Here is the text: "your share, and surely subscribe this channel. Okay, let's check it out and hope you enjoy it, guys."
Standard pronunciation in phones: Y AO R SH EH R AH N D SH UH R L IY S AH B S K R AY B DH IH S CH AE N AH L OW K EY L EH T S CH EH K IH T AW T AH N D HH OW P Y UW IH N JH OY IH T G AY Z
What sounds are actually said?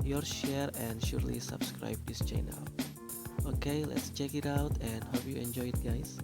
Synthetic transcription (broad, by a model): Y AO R SH EH R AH N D SH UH R L IY S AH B S K R AY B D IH S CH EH N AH L OW K EY L EH T S CH EH K IH T AW T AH N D HH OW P Y UW IH N JH OY IH T G AY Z